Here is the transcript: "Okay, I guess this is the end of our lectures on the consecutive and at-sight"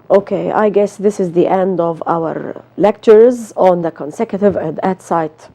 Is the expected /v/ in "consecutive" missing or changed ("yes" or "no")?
no